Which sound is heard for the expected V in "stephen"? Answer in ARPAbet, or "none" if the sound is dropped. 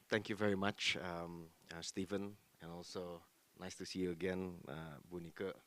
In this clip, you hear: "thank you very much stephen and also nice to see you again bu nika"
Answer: V